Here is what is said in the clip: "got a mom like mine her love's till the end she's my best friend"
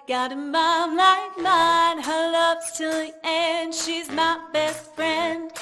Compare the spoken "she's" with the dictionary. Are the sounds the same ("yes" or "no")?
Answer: yes